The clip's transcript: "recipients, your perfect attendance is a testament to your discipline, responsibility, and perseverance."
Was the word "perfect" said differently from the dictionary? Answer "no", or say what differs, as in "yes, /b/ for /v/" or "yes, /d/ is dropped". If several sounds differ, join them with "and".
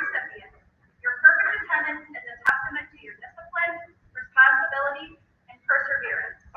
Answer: yes, /k/ is dropped